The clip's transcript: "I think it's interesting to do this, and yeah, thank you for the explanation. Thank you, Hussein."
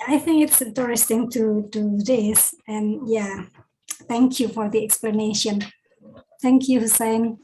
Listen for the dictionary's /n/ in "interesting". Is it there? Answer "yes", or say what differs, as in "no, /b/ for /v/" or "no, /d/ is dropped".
no, /n/ is dropped